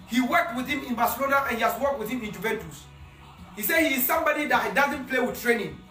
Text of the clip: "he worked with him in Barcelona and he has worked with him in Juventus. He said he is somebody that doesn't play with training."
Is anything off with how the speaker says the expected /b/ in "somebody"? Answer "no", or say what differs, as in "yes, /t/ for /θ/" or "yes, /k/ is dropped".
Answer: no